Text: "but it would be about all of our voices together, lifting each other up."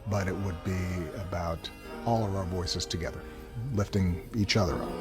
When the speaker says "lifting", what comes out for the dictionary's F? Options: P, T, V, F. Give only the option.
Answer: F